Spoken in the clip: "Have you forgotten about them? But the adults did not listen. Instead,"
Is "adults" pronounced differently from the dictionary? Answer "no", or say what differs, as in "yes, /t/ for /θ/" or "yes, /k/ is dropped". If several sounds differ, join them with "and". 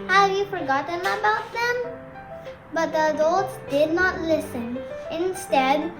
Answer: yes, /l/ is dropped